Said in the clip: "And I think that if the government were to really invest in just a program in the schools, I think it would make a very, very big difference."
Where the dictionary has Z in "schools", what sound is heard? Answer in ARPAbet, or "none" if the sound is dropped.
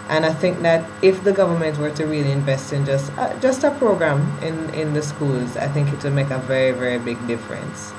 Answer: Z